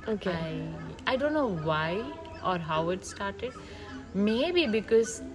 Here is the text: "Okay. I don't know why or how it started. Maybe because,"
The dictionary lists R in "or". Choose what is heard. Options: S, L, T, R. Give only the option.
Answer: R